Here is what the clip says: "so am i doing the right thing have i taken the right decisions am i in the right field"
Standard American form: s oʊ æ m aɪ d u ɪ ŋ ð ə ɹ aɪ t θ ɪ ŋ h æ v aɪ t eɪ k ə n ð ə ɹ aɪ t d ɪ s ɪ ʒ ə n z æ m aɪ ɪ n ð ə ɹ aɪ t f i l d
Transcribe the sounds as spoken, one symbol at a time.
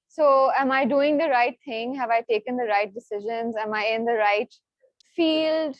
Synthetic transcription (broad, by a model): s oʊ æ m aɪ d u ɪ ŋ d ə ɹ aɪ t t ɪ ŋ h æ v aɪ t eɪ k ə n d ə ɹ aɪ t d ɪ s ɪ ʒ ə n z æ m aɪ ɪ n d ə ɹ aɪ t f i l d